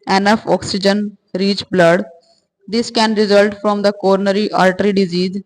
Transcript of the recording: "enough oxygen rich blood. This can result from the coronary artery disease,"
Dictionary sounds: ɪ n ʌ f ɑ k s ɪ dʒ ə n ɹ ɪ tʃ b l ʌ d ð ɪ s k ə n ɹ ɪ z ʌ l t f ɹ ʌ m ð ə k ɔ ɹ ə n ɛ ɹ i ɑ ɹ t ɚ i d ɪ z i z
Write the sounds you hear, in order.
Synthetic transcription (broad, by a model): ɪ n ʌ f ɑ k s ɪ dʒ ə n ɹ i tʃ b l ʌ d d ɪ s k ə n ɹ ɪ z ʌ l t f ɹ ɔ m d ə k ɔ ɹ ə n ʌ ɹ i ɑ l t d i d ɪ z i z